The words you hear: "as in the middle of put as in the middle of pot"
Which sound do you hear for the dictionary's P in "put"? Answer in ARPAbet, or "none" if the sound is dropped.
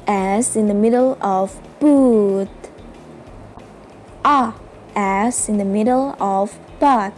B